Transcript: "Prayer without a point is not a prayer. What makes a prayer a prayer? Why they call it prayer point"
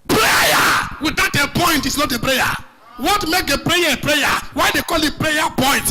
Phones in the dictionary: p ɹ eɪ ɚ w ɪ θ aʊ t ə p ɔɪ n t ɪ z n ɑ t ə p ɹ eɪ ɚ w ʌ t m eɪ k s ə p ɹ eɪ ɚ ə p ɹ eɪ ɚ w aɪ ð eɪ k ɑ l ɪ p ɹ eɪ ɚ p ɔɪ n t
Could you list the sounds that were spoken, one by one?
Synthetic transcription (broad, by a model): p ɹ eɪ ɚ w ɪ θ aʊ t ə p ɔɪ n t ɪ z n ɑ t ə p ɹ eɪ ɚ w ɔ t m eɪ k ə p ɹ eɪ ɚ ə p ɹ eɪ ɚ w aɪ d eɪ k ɑ l ɪ p ɹ eɪ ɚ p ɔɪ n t